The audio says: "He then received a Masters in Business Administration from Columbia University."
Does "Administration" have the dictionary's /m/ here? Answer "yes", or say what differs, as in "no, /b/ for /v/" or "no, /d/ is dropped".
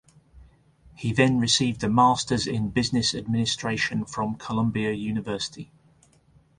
yes